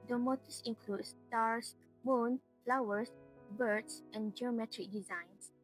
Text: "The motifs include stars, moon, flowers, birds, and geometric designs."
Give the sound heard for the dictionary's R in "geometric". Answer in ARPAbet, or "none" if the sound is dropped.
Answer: R